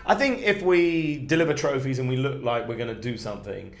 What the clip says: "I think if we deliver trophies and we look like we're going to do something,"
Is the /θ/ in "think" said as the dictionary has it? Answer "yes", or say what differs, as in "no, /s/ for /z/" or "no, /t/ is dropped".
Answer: yes